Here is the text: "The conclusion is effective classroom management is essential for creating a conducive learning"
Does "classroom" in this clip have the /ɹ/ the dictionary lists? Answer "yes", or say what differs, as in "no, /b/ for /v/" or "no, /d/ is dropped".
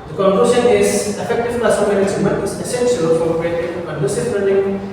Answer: no, /ɹ/ is dropped